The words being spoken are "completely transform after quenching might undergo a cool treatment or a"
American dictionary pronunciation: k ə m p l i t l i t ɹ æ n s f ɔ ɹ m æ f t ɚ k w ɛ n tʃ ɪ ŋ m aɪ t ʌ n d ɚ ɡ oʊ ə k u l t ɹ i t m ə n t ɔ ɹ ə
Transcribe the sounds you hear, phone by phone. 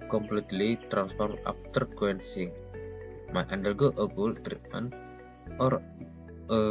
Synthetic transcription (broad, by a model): k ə m p l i t l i t ɹ æ n s f ɔ ɹ m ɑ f t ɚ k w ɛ n s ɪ ŋ m aɪ t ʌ n d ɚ ɡ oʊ ə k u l t ɹ i t m ə n t ɔ ɹ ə